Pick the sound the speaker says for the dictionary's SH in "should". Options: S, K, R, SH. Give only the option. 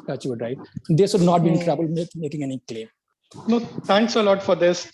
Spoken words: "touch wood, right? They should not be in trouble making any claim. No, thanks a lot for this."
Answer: S